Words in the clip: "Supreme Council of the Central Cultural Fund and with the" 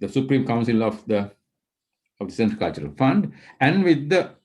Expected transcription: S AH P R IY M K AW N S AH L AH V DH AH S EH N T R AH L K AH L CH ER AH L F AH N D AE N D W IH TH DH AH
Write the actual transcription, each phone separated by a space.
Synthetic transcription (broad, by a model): S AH P R IY M K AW N S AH L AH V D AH S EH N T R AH K AH L CH ER AH L F AH N D AE N D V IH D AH